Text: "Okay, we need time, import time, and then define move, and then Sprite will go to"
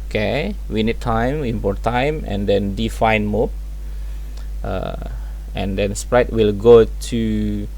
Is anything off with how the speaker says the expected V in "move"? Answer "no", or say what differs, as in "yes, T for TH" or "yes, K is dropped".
yes, P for V